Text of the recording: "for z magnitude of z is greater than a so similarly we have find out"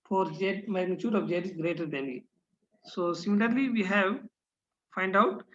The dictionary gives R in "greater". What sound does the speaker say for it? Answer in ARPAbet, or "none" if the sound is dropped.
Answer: R